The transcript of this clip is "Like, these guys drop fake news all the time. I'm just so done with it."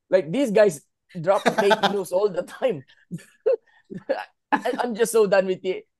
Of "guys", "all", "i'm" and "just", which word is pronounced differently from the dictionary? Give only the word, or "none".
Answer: guys